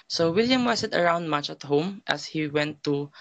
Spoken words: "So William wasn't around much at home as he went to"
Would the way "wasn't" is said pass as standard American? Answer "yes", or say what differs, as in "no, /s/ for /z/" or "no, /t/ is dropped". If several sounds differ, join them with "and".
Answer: no, /s/ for /z/ and /n/ is dropped